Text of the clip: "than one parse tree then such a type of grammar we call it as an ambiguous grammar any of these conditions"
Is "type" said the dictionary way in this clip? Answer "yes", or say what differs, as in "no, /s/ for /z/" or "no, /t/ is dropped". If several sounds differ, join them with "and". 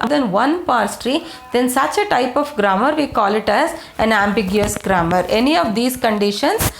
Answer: yes